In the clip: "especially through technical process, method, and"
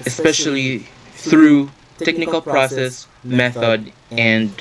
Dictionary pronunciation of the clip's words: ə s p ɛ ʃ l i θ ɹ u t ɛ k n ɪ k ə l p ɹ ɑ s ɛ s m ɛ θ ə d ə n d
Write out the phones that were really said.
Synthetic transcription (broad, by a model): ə s p ɛ ʃ l i θ ɹ u t ɛ k n ɪ k ə l p ɹ ɑ s ɛ s m ɛ θ ə d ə n